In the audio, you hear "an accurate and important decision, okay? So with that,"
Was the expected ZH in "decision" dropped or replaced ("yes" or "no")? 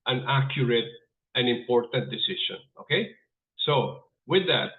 yes